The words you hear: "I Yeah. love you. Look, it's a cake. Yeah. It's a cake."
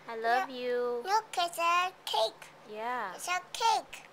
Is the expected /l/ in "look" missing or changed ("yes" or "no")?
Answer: yes